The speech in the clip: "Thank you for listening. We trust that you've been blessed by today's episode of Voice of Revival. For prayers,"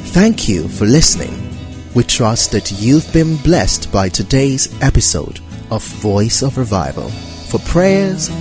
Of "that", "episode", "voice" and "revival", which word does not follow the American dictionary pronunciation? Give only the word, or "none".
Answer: none